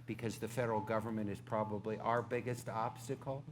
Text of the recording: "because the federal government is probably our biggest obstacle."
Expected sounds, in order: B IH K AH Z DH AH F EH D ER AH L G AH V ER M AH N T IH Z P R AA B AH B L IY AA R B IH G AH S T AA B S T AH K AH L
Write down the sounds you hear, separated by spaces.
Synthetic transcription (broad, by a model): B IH K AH Z DH AH F EH D ER L G AH V ER M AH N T IH Z P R AA B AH B L IY AA R B IH G AH S T AA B S T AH K L